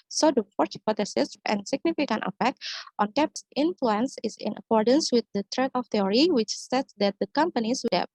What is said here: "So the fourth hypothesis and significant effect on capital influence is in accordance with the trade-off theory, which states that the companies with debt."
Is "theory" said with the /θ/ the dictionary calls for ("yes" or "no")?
no